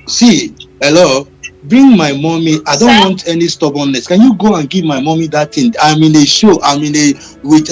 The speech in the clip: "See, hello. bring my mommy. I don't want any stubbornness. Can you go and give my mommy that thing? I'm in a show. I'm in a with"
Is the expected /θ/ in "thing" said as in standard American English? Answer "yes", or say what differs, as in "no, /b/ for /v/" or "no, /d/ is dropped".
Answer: no, /t/ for /θ/